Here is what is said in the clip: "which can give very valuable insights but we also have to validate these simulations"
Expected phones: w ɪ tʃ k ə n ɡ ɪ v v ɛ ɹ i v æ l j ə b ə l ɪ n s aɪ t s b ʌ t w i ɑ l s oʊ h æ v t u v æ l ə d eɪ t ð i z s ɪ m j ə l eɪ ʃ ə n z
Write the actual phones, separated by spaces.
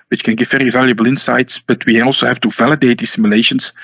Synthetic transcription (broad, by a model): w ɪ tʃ k ə n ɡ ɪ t v ɛ ɹ i v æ l j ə b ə l ɪ n s aɪ t s b ʌ t w i ɑ l s oʊ h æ f t u v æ l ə d eɪ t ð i s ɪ m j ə l eɪ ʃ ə n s